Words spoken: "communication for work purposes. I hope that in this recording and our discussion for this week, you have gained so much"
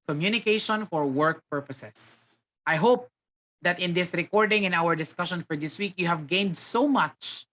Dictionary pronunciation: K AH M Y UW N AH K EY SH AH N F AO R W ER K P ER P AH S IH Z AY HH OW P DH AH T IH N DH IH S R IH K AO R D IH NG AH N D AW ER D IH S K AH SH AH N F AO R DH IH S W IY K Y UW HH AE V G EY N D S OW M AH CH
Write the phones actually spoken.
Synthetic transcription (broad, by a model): K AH M Y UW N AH K EY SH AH N F AO R W ER K P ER P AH S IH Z AY HH OW P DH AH T IH N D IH S R IH K AO R D IH NG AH N AW ER D IH S K AH SH AH N F AO R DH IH S W IY K Y UW HH AE V G EY N D S OW M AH CH